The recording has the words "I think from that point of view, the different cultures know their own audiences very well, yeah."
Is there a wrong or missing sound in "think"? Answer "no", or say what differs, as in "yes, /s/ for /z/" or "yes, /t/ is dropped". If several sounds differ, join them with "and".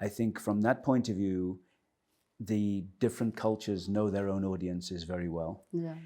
no